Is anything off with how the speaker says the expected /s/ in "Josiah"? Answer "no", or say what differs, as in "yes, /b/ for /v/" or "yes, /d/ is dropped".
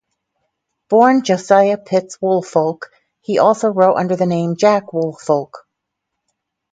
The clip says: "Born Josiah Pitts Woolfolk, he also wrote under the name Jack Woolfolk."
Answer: no